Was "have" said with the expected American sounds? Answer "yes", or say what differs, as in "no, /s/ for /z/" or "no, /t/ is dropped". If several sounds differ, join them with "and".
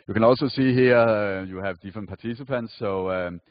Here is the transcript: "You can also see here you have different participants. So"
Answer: yes